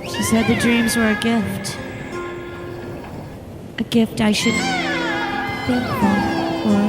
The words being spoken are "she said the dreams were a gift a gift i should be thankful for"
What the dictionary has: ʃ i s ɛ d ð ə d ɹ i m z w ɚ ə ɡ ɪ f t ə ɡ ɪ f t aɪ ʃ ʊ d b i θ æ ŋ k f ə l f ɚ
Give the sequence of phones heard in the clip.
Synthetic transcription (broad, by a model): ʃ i s ɛ d ð ə d ɹ i m z w ɚ ə ɡ ɪ f t ə ɡ ɪ f t aɪ ʃ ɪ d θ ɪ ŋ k ə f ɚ